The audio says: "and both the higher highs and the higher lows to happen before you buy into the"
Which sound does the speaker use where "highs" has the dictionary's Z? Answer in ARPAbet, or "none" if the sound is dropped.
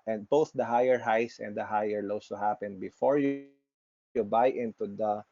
S